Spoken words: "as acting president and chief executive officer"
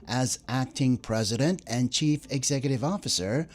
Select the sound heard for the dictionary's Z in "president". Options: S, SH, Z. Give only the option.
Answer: Z